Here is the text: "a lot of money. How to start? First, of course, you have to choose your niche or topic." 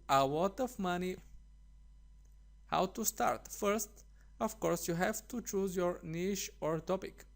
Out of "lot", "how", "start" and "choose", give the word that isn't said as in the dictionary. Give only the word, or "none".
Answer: lot